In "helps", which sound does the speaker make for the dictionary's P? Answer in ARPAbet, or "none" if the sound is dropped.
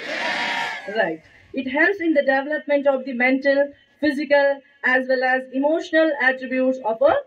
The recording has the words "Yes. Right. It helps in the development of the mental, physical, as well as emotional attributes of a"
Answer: none